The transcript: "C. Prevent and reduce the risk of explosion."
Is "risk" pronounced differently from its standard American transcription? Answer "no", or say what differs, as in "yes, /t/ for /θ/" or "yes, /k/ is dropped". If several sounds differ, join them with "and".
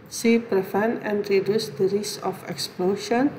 yes, /k/ is dropped